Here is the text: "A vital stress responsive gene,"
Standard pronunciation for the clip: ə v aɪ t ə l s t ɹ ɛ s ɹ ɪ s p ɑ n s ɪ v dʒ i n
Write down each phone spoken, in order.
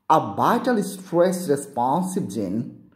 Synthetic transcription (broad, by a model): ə b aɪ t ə l s t ɹ ɛ s ɹ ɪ s p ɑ n s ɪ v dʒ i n